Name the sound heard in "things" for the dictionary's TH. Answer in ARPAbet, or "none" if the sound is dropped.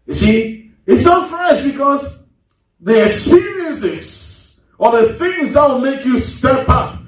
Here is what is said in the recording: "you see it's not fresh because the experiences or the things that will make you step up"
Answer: TH